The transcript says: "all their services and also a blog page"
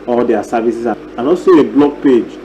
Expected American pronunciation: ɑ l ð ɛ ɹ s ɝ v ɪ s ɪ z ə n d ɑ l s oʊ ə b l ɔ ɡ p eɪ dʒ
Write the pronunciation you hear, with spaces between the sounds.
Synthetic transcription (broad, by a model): ɑ l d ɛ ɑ s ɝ v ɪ s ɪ s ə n ɑ l s oʊ ə b l ɔ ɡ p eɪ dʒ